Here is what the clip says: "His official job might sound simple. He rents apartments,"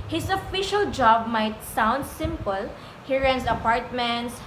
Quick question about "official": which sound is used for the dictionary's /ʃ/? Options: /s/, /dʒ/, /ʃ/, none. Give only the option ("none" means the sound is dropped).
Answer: /ʃ/